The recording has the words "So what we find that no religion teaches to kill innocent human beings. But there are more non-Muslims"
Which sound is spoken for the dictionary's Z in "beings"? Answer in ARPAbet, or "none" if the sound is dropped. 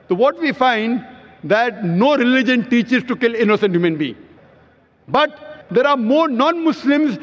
none